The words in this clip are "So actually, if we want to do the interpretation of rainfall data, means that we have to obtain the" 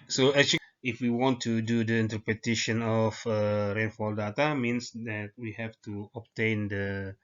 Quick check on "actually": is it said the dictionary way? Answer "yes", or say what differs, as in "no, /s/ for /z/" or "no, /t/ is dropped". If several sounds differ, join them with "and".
no, /l/ is dropped